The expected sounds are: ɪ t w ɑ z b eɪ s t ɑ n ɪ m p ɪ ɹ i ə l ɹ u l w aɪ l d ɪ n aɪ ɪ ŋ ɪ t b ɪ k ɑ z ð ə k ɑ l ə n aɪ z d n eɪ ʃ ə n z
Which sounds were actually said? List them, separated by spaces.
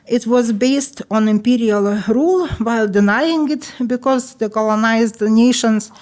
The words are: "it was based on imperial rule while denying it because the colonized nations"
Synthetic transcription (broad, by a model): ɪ t w ɑ z b eɪ s t ɑ n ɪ m p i ɹ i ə l ɹ u l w aɪ l d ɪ n aɪ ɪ ŋ ɪ t b ɪ k ɑ z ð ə k ɑ l ə n aɪ z d n eɪ ʃ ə n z